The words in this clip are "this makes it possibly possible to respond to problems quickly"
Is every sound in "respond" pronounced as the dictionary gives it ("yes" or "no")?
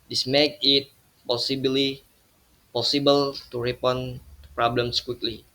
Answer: no